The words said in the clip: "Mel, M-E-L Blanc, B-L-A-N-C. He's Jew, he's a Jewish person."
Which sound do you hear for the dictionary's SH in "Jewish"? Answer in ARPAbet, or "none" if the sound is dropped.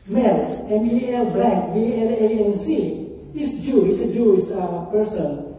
S